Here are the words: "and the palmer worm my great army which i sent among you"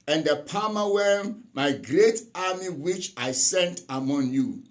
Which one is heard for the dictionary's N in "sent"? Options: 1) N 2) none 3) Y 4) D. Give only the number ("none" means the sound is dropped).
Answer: 1